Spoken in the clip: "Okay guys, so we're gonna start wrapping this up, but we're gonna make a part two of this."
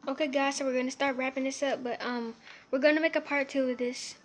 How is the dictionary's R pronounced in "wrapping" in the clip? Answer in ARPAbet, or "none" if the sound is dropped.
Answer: R